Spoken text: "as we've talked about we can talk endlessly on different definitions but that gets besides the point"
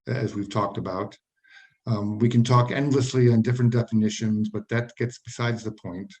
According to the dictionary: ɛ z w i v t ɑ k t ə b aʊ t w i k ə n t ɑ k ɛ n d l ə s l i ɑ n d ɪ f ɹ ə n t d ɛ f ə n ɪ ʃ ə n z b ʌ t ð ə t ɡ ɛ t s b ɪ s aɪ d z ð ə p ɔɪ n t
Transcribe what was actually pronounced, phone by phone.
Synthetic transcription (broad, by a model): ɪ z w i v t ɑ k t ə b aʊ t w i k ə n t ɑ k ɛ n d l ə s l i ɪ n d ɪ f ɹ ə n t d ɛ f ə n ɪ ʃ ə n z b ʌ t ð ə t ɡ ɛ t s b ɪ s aɪ d z ð ə p ɔɪ n t